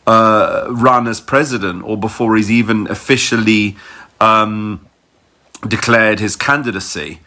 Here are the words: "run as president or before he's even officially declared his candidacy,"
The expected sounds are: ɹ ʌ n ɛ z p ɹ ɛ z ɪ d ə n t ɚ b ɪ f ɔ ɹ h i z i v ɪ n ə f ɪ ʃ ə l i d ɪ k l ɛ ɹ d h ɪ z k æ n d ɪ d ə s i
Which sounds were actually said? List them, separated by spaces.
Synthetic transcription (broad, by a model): ɹ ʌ n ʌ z p ɹ ɛ z ɪ d ə n t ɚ b ɪ f ɔ ɹ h i z i v ɪ n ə f ɪ ʃ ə l i d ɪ k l ɛ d h ɪ z k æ n d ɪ d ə s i